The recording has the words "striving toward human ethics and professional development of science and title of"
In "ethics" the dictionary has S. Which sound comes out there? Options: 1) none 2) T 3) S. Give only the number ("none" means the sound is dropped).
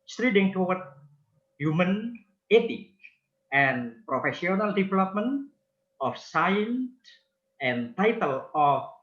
1